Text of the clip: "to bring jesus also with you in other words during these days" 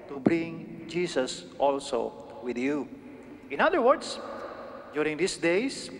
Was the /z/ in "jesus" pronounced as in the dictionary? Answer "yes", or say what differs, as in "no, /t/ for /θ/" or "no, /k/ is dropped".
no, /s/ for /z/